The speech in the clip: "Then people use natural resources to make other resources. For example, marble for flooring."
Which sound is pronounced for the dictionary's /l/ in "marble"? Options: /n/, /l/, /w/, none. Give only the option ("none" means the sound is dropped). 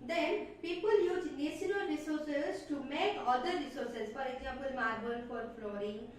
/n/